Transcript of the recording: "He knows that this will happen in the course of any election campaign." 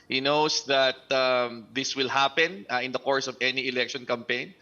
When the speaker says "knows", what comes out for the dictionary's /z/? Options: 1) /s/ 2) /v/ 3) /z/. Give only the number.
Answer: 1